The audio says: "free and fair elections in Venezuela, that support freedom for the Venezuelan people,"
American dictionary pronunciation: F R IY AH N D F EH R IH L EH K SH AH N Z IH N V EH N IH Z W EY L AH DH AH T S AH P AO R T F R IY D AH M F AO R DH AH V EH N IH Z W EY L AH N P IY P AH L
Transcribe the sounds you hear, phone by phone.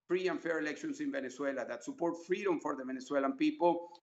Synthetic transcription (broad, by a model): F R IY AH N F EH R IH L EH K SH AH N S IH N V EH N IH S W EY L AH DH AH T S AH P AO R T F R IY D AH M F AO R DH AH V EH N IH S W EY L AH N P IY P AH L